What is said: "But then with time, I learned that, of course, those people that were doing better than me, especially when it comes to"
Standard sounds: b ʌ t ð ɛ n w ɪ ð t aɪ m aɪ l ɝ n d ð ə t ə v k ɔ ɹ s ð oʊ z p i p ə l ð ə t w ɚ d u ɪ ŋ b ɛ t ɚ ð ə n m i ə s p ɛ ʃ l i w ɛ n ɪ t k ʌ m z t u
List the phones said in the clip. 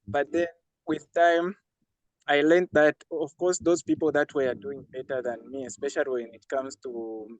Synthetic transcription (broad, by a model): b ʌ t ð ɛ n w ɪ ð t aɪ m aɪ l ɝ n ð ə t ə v k ɔ ɹ s ð oʊ z p i p l ð ə t w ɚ d u ɪ ŋ b ɛ t ɚ ð ə n m i ə s p ɛ ʃ l i w ɛ n ɪ t k ʌ m z t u